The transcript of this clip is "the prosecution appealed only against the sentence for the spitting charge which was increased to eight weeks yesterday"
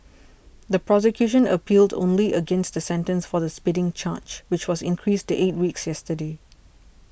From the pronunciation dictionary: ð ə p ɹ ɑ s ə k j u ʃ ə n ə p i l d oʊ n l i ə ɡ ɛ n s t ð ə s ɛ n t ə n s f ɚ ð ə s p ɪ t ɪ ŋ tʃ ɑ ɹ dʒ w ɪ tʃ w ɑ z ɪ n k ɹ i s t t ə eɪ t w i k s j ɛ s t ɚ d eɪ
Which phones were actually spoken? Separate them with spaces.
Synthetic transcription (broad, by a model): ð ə p ɹ ɑ s ə k j u ʃ ə n ə p i l d oʊ n l i ə ɡ ɛ n s t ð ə s ɛ n t ə n s f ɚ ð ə s p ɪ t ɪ ŋ tʃ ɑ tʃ w ɪ tʃ w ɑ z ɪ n k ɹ i s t t eɪ t w i k s j ɛ s t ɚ d eɪ